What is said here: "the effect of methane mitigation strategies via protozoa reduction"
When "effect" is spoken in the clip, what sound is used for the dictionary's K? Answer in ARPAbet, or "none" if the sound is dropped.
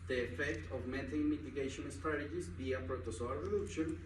K